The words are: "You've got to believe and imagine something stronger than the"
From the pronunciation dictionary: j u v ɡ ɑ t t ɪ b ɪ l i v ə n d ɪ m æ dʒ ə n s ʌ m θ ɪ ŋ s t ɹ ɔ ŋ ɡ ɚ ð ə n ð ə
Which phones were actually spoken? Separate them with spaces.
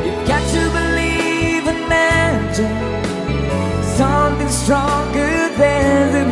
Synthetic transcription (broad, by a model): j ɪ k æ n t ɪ b ɪ l i v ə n m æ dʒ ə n s ʌ m θ ɪ ŋ s t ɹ ɔ ŋ ɡ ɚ ð ə n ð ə